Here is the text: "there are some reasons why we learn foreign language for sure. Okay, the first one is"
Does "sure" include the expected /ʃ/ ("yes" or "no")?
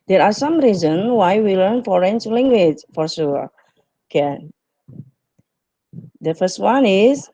no